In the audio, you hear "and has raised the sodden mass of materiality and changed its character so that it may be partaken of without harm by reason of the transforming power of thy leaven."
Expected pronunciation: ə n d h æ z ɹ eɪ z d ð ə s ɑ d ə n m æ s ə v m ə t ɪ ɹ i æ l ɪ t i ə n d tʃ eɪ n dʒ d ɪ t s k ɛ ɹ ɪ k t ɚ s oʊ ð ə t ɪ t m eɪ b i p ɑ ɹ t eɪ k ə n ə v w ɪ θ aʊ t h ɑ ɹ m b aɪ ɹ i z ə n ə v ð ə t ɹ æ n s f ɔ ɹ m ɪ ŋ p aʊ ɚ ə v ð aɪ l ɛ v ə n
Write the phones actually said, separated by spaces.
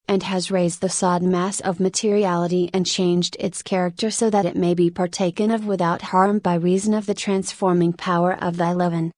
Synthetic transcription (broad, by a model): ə n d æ z ɹ eɪ z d ð ə s ɑ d n m æ s ə v m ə t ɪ ɹ i æ l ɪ t i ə n tʃ eɪ n dʒ d ɪ t s k ɛ ɹ ɪ k t ɚ s oʊ ð ə t ɪ t m eɪ b i p ɑ ɹ t eɪ k ə n ə v w ɪ θ aʊ t h ɑ ɹ m b aɪ ɹ i z ə n ə v ð ə t ɹ æ n s f ɔ ɹ m ɪ ŋ p aʊ ɚ ə v ð aɪ l ɛ v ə n